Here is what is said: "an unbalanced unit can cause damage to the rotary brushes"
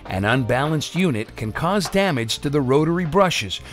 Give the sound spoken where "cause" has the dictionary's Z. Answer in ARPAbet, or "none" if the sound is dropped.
Z